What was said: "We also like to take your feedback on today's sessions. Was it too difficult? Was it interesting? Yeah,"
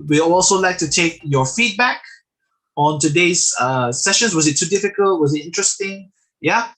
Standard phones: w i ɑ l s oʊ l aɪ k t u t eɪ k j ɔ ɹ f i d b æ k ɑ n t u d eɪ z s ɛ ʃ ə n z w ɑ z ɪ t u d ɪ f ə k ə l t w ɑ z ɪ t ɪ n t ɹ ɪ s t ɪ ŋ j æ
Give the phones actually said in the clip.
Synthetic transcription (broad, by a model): w i ɑ l s oʊ l aɪ k t u t eɪ k j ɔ f i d b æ k ɑ n t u d eɪ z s ɛ ʃ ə n s w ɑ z ɪ t u d ɪ f ə k ə l t w ɑ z ɪ t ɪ n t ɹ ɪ s t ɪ ŋ j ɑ